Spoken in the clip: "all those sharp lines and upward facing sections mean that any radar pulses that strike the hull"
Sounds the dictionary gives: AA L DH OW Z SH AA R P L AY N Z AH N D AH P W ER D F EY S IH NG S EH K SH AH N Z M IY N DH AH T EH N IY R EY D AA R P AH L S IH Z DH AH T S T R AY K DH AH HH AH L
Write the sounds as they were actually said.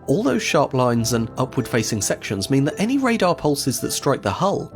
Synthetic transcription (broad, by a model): AA L DH OW Z SH AA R P L AY N Z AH N AH P W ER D F EY S IH NG S EH K SH AH N Z M IY N DH AH T EH N IY R EY D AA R P AH L S IH Z DH AH T S T R AY K DH AH HH AH L